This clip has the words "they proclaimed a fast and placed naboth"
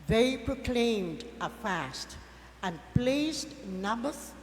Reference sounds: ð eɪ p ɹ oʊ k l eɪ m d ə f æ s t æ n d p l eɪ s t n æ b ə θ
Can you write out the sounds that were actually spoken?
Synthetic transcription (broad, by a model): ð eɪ p ɹ oʊ k l eɪ m d ə f æ s t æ n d p l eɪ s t n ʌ b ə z